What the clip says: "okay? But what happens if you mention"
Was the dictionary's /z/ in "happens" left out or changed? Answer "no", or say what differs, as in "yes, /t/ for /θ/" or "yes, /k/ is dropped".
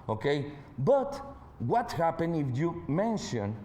yes, /z/ is dropped